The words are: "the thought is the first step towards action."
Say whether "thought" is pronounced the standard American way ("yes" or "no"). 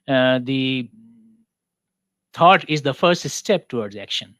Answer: no